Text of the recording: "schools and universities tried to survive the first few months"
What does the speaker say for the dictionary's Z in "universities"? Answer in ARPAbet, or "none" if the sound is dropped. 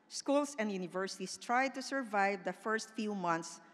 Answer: S